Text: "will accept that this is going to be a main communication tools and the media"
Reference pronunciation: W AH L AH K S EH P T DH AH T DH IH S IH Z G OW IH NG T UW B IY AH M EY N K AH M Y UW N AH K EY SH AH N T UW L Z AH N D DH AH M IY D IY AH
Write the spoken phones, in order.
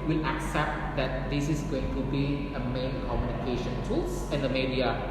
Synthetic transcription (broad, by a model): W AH L AH K S EH P T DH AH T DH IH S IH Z G OW IH NG T UW B IY AH M EY N K AH M Y UW N AH K EY SH AH N T UW L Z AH N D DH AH M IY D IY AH